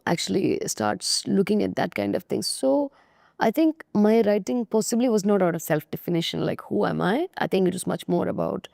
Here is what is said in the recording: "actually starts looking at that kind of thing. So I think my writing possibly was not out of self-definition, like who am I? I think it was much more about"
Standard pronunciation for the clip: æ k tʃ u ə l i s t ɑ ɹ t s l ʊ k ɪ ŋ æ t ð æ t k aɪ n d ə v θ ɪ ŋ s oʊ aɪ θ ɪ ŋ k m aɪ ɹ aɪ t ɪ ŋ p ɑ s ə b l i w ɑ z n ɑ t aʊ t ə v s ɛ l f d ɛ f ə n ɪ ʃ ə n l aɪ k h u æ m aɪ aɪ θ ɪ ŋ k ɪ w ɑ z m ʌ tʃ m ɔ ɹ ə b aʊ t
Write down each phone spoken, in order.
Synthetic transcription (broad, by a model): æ k tʃ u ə l i s t ɑ ɹ t s l ʊ k ɪ ŋ æ t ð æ t k aɪ n d ə v t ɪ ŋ s oʊ aɪ t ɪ ŋ k m aɪ ɹ aɪ t ɪ ŋ p ɑ s ə b l i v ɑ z n ɑ t aʊ t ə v s ɛ l f d ɛ f ə n ɪ ʃ ə n l aɪ k h u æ m aɪ aɪ t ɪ ŋ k ɪ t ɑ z m ʌ tʃ m ɔ ɹ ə b aʊ t